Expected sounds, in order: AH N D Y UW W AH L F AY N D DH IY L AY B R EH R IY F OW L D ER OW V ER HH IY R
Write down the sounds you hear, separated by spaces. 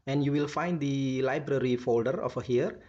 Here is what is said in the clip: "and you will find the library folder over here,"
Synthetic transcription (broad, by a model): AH N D Y UW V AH L F AY N D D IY L AY B R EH R IY F OW L D ER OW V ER HH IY R